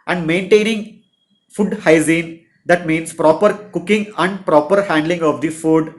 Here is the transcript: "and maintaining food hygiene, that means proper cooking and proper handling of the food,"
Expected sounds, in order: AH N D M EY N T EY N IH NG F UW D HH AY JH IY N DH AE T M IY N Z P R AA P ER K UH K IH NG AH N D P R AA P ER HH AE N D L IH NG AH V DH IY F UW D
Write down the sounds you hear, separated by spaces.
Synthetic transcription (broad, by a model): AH N D M EY N T EY N IH NG F UW D HH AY Z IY N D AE T M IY N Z P R AA P ER K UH K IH NG AH N D P R AA P ER HH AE N D L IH NG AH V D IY F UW D